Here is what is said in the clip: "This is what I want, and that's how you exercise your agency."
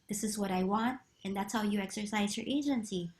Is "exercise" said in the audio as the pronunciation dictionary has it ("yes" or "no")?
yes